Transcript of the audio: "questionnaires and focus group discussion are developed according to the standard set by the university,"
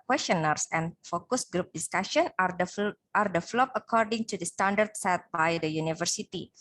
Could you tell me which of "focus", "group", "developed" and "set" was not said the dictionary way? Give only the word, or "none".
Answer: developed